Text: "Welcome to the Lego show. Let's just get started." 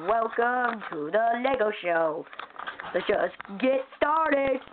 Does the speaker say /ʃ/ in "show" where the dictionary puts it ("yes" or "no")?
yes